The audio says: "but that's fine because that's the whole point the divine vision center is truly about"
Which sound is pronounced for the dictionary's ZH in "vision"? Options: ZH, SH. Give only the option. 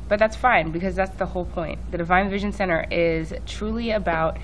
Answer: ZH